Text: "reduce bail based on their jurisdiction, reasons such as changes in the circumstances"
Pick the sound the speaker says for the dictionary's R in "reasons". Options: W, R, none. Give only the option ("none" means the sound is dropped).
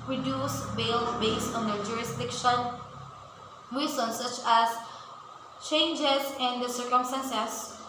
W